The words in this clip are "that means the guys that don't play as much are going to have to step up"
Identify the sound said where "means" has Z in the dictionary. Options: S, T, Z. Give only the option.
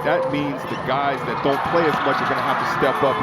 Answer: Z